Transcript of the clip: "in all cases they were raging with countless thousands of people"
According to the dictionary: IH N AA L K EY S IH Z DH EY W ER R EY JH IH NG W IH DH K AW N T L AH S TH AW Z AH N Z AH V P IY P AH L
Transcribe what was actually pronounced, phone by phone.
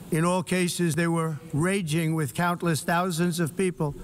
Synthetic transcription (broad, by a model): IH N AA L K EY S IH Z DH EY W ER R EY JH IH NG W IH DH K AW N T L AH S TH AW Z AH N Z AH V P IY P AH L